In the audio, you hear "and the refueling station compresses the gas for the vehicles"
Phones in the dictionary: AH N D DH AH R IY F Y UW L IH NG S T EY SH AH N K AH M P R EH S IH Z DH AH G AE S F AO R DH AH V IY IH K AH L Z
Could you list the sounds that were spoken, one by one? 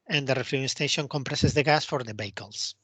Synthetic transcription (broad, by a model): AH N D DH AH R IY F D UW IH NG S T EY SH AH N K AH M P R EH S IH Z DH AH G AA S F AO R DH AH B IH K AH L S